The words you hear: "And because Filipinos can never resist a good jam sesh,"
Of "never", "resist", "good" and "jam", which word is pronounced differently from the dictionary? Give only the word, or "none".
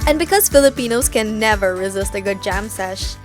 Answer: none